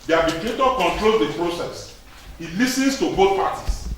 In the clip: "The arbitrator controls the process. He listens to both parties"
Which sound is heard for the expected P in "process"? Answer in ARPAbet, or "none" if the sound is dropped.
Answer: P